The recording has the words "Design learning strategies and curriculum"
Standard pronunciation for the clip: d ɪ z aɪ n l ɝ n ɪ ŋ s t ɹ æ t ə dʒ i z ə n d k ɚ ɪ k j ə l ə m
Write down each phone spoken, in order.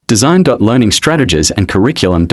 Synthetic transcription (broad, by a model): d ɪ z aɪ n l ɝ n ɪ ŋ s t ɹ æ t ə dʒ i z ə n k ɚ ɪ k j l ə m